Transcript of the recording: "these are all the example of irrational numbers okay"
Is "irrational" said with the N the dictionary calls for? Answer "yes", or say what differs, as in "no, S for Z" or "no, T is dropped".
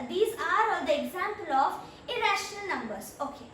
yes